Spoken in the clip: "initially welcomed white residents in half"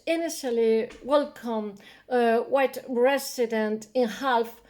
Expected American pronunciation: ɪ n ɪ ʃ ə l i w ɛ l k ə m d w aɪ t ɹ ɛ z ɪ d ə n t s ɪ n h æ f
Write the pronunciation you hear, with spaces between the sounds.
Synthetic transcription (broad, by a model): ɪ n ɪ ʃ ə l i w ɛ l k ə m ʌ w aɪ t ɹ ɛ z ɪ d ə n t ɪ n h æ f